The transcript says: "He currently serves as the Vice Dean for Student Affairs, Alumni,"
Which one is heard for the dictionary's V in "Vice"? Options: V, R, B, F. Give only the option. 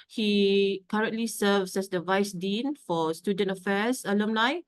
V